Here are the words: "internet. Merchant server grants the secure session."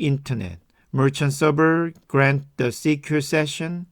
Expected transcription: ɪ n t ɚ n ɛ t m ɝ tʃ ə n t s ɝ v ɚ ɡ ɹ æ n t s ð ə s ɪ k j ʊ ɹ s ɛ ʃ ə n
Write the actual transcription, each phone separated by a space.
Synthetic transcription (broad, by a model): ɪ n t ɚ n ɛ t m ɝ tʃ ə n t s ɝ b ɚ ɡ ɹ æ n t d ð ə s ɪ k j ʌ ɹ s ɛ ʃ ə n